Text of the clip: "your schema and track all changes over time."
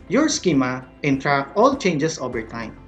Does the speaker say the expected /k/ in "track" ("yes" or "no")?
no